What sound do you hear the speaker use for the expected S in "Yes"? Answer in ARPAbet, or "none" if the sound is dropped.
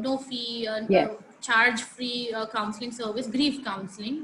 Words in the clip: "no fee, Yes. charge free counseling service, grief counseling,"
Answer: none